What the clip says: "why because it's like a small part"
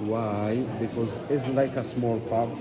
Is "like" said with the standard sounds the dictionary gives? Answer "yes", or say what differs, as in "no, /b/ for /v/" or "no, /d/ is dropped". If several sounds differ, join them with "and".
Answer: yes